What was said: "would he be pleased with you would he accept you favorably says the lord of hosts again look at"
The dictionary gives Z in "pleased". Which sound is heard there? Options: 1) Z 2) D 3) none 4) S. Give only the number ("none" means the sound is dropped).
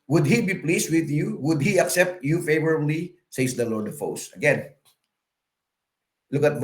4